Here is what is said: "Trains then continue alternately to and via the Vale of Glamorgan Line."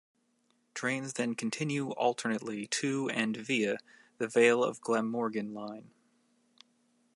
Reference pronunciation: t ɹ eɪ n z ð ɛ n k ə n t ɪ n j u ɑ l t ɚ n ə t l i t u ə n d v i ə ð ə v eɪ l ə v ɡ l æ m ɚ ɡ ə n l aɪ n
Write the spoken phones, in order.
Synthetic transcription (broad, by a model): t ɹ eɪ n z ð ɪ n k n t ɪ n j u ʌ l t ɚ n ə t l i t u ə n v i ə ð ə v eɪ l ə v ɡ l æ m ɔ ɡ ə n l aɪ n